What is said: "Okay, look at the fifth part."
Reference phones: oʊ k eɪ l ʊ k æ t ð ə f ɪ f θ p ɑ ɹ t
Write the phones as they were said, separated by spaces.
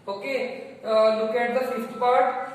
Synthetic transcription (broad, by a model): oʊ k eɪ l ʊ k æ t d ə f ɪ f t p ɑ ɹ t